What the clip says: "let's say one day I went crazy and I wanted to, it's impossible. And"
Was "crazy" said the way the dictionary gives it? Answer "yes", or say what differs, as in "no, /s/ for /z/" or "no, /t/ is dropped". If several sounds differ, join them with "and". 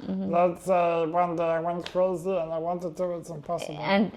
no, /l/ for /ɹ/